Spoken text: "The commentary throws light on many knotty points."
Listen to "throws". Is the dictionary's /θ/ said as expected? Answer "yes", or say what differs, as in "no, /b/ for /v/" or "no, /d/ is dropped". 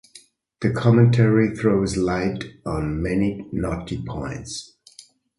yes